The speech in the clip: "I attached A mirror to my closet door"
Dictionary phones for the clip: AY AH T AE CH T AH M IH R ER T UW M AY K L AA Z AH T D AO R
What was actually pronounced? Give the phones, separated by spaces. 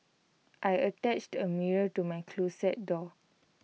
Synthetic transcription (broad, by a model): AY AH T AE CH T AH M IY R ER T UW M AY K L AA S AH T D AO